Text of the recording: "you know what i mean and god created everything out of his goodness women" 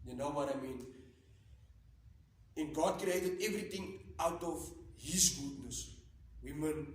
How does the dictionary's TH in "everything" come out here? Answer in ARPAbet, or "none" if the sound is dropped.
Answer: T